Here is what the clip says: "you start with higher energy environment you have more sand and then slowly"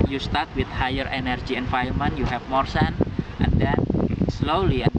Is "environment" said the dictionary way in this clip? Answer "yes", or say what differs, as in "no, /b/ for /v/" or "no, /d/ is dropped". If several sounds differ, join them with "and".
no, /ɹ/ is dropped